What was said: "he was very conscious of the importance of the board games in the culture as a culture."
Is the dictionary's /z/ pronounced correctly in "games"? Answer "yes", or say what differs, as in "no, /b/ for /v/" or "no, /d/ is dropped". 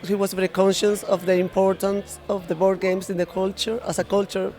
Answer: no, /s/ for /z/